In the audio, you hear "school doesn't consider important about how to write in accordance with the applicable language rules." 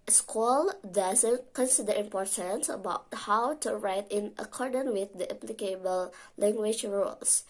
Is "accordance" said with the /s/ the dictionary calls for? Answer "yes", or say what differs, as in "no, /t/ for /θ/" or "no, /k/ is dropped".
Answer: no, /s/ is dropped